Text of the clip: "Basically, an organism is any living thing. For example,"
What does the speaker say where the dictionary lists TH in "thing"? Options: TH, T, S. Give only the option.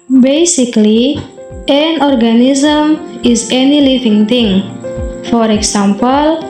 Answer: T